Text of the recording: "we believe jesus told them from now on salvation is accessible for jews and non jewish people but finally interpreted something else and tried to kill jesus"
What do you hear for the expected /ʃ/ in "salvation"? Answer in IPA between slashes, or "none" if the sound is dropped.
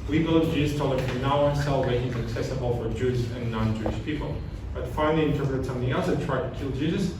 none